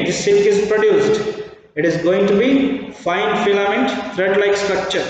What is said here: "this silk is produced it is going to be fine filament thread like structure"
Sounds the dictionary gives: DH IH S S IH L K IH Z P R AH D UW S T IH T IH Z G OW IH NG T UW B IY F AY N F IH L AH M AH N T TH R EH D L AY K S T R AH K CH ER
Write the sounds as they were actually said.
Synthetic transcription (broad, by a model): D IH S S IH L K IH Z P R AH D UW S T IH T IH Z G OW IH NG T UW B IY F AY N F IH L AH M AH N T T R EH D L AY K S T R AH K CH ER